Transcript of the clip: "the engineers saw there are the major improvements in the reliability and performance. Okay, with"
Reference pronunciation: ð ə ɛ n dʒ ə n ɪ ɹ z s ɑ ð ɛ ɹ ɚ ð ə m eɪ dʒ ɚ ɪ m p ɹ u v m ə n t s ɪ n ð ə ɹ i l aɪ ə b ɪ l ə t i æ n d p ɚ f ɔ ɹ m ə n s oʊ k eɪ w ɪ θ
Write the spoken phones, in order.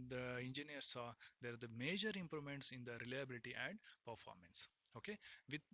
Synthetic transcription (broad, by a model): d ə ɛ n dʒ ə n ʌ ɹ s ɑ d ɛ ɹ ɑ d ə m eɪ dʒ ɚ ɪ m p ɹ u m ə n t s ɪ n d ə ɹ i l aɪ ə b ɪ l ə t i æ n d p ɚ f ɔ ɹ m ə n s oʊ k eɪ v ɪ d